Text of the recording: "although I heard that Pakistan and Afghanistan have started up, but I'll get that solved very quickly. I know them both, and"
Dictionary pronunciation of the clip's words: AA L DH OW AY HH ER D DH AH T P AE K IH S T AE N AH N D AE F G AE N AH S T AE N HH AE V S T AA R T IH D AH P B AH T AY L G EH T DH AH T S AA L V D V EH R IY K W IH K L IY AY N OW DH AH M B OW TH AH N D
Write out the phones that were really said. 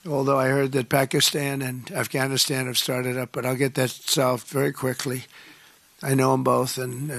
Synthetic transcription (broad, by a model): AA L DH OW AY HH ER D DH AH T P AE K IH S T AE N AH N AE F G AE N AH S T AE N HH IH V S T AA R T IH D AH P B AH T AY L G EH T DH AH T S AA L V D V EH R IY K W IH K L IY AY N OW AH M B OW TH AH N